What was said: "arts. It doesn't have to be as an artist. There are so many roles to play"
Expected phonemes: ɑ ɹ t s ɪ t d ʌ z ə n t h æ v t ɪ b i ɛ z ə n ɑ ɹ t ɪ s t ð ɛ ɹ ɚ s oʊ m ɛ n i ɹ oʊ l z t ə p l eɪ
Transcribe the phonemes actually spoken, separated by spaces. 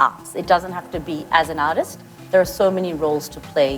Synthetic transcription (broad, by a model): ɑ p s ɪ t d ʌ z ə n t h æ f t ɪ b i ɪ z ə n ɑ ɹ t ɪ s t ð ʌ ɹ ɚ s oʊ m ɛ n i ɹ oʊ l z t ə p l eɪ